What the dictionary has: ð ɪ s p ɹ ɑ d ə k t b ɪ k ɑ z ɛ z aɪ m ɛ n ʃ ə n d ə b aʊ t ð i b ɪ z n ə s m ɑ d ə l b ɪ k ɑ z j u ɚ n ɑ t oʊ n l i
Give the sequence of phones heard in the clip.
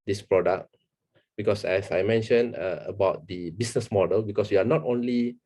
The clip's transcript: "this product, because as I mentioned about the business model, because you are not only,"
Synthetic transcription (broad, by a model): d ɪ s p ɹ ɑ d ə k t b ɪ k ɑ s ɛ s aɪ m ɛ n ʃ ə n ə b aʊ t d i b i s n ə s m ɑ d ə l b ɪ k ɑ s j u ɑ n ɑ t oʊ n l i